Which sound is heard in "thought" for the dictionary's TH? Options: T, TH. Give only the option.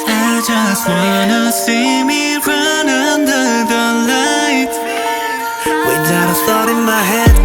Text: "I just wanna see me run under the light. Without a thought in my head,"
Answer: T